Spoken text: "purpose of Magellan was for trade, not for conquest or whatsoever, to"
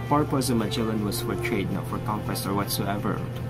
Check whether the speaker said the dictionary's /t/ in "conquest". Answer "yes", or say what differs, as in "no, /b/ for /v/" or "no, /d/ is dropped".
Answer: no, /t/ is dropped